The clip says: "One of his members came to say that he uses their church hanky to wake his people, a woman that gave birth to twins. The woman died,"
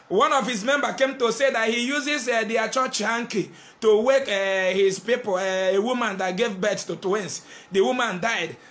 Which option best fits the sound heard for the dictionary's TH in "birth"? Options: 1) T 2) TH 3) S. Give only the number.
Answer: 3